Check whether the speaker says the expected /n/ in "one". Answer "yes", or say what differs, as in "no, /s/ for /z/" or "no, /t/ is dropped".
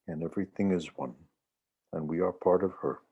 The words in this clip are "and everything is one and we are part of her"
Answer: yes